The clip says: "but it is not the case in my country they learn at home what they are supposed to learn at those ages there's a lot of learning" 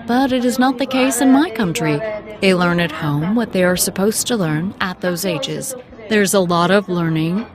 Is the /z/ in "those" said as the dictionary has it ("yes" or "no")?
yes